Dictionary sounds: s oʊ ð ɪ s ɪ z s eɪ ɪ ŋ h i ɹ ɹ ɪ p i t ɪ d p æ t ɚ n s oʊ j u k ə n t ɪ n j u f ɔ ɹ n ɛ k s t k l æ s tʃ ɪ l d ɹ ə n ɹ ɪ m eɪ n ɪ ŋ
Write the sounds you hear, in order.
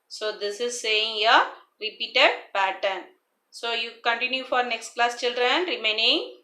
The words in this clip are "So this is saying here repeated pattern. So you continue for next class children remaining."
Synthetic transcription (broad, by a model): s oʊ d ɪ s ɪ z s eɪ ɪ ŋ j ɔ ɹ ɹ ɪ p i t ɪ d p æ t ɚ n s oʊ j u k ə n t ɪ n j u f ɔ ɹ n ɛ k s t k l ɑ s tʃ ɪ l d ɹ ə n ɹ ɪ m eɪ n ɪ ŋ